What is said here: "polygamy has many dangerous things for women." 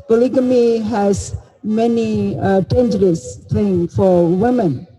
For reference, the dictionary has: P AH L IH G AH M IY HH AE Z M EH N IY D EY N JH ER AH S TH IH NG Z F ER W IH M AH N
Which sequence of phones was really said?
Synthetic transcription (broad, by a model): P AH L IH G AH M IY HH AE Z M EH N IY D EY N JH ER AH S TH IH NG F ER W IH M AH N